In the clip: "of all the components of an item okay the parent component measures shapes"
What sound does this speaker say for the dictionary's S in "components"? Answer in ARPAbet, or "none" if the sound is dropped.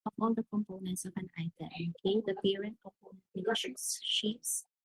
S